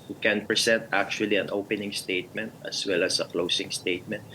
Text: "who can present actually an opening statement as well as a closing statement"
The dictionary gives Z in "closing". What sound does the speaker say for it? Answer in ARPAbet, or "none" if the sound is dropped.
S